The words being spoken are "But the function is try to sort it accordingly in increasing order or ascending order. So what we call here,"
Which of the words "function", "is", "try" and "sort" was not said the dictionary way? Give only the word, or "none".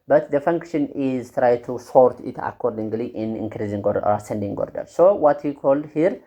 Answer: none